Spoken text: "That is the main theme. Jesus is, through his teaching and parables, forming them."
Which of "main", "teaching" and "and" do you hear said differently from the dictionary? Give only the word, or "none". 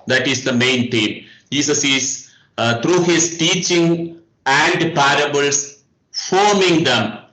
none